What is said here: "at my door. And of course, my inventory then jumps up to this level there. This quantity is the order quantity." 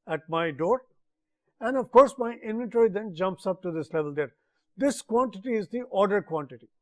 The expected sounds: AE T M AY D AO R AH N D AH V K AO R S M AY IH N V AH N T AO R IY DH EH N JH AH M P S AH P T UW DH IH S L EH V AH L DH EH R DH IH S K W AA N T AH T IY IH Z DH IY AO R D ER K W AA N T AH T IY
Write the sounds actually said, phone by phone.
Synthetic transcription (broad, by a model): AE T M AY D AO R AH N D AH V K AO R S M AY IH N V AH N T AO R IY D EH N JH AH M P S AH P T UW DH IH S L EH V AH L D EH R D IH S K W AA N T AH T IY IH Z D IY AO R D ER K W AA N T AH T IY